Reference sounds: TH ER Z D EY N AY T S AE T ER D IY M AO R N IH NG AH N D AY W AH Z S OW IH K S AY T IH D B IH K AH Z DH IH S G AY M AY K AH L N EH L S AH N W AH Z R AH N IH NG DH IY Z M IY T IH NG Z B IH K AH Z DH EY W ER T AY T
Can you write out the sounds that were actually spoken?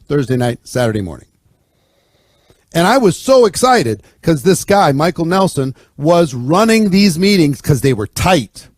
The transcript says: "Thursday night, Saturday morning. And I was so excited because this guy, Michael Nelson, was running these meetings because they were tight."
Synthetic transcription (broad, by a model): TH ER Z D EY N AY T S AE T ER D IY M AO R N IH NG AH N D AY W AH Z S OW IH K S AY T IH D K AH Z DH IH S G AY M AY K L N EH L S AH N W AH Z R AH N IH NG DH IY Z M IY T IH NG Z K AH Z DH EY W ER T AY T